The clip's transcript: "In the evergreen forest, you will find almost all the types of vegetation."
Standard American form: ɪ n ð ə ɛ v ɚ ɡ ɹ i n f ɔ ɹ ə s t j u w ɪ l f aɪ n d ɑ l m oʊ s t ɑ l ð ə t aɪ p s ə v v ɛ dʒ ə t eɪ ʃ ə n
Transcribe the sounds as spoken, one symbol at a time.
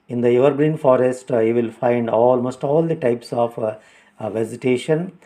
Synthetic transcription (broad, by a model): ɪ n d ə ɛ v ɚ ɡ ɹ i n f ɔ ɹ ə s t j u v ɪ l f aɪ n d ɑ l m oʊ s t ɑ l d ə t aɪ p s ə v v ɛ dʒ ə t eɪ ʃ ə n